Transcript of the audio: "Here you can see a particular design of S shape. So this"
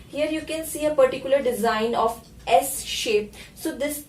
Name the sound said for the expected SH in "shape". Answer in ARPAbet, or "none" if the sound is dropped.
SH